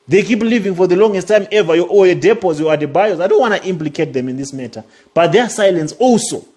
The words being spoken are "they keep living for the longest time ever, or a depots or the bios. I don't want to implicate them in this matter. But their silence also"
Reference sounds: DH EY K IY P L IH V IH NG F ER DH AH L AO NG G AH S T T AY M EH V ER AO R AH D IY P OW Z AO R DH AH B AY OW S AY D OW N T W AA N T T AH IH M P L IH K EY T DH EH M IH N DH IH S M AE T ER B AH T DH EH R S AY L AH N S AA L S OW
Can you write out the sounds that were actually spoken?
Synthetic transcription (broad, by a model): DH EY K IY P L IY V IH NG F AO DH AH L AO NG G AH S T T AY M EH V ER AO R AH D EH P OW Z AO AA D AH B AY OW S AY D OW N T W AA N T T AH M P L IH K EY T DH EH M IH N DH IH S M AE T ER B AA T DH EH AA S AY L AH N S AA L S OW